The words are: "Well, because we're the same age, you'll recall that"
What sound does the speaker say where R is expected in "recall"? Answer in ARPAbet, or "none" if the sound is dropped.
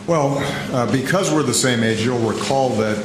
W